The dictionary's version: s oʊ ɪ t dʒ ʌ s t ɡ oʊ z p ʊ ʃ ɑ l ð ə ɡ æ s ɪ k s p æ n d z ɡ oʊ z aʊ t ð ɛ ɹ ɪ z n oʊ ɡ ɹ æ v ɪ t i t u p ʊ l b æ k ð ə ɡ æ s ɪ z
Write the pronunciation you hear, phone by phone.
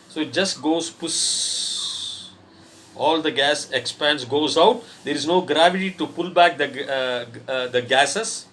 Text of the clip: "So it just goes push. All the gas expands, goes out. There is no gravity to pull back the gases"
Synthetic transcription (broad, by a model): s oʊ ɪ t dʒ ʌ s t ɡ oʊ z p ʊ s ɑ l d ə ɡ æ s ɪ k s p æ n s ɡ oʊ z aʊ t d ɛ ɹ ɪ z n oʊ ɡ ɹ æ v ɪ t i t u p ʊ l b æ k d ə ɡ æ s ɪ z